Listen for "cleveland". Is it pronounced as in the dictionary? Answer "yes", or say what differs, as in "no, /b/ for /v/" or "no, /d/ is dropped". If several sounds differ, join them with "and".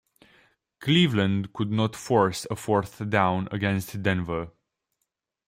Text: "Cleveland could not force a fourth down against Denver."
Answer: yes